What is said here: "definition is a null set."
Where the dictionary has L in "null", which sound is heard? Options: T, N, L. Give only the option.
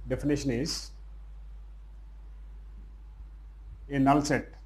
L